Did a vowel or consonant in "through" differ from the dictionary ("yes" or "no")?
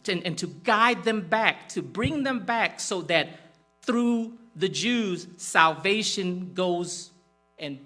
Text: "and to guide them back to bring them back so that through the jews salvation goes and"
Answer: no